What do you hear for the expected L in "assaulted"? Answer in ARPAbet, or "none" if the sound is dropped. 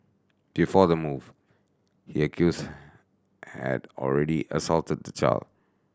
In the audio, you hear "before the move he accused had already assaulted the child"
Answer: L